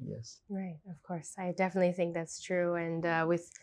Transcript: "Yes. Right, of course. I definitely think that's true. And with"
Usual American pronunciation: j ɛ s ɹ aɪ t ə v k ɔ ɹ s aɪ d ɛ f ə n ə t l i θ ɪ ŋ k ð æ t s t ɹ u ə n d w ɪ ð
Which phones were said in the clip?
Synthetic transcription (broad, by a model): j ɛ s ɹ aɪ t ə v k ɔ ɹ s aɪ d ɛ f ə n ə t l i θ ɪ ŋ k ð æ t s t ɹ u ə n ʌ w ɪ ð